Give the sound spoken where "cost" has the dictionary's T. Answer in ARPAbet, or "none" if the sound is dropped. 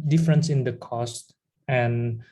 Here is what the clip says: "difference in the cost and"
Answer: T